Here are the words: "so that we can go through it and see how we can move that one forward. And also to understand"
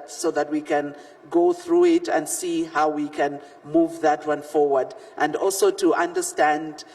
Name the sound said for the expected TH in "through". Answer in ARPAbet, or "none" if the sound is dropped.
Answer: TH